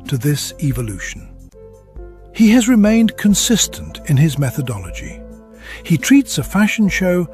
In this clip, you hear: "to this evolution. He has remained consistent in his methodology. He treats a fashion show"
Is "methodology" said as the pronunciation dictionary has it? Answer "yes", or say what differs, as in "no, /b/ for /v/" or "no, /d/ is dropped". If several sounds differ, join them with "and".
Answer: yes